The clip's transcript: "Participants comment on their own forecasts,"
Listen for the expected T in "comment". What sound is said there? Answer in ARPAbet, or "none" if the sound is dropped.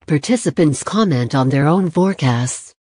T